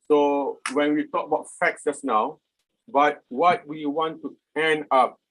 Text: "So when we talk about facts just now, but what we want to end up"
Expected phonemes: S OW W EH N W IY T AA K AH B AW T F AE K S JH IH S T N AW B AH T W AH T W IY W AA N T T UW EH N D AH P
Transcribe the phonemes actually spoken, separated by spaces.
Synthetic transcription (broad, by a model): S OW W EH N W IY T AA K AH B AW T F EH K S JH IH S N AW B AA T W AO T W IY W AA N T T UW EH N AA P